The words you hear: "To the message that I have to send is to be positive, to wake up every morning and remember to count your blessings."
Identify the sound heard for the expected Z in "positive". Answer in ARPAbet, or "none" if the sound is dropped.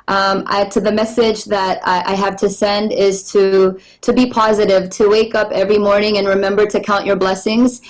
Z